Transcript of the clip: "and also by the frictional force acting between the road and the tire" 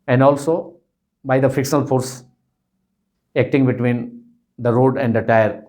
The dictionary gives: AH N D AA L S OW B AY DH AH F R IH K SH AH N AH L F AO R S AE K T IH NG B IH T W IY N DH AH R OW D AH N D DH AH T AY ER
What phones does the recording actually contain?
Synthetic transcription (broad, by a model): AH N D AA L S OW B AY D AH F IH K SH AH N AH L F AO R S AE K T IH NG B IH T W IY N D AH R OW D AH N D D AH T AY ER